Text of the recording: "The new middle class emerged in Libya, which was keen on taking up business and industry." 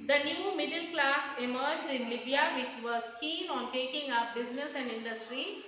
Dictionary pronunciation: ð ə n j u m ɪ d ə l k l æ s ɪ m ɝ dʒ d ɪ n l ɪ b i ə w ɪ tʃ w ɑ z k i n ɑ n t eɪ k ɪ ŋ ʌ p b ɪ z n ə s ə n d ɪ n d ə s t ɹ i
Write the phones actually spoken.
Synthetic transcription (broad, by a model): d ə n j u m ɪ d ə l k l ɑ s ɪ m ɝ dʒ d ɪ n l ɪ b i ə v ɪ tʃ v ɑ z k i n ɑ n t eɪ k ɪ ŋ ʌ p b ɪ z n ə s ə n d ɪ n d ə s t ɹ i